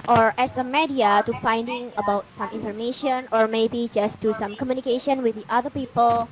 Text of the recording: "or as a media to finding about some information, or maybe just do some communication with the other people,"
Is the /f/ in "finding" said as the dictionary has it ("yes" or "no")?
yes